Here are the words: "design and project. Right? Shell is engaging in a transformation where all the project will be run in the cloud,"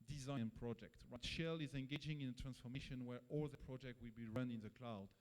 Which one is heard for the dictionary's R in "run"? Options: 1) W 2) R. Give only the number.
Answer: 2